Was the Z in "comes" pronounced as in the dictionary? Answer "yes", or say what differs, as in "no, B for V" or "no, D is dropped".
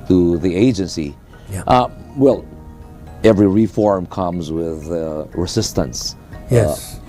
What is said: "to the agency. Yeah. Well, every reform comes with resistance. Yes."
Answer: yes